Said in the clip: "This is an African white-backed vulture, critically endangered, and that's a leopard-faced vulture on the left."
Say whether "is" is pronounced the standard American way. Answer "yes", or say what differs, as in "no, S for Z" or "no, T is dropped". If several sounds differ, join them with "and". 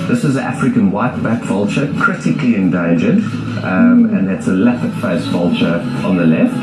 yes